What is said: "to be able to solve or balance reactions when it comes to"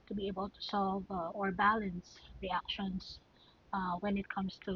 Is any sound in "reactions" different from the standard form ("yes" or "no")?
yes